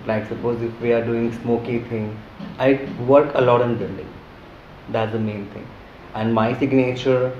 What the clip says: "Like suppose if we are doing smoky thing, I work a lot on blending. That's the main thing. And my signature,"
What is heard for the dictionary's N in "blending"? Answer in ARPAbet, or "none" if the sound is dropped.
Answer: L